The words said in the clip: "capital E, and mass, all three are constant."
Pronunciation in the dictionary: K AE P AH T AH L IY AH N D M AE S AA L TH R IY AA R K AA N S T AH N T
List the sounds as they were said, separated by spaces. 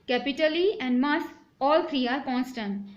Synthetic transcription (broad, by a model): K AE P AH T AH L IY AH N D M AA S AA L F R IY AA R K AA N S T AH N